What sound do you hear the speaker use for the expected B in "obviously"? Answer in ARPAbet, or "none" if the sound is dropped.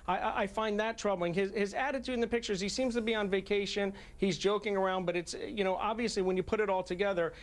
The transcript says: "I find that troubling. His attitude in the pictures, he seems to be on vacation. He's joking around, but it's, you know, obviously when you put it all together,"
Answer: B